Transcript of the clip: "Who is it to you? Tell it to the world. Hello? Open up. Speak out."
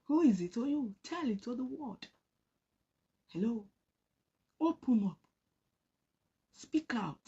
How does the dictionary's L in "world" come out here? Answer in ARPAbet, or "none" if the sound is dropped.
none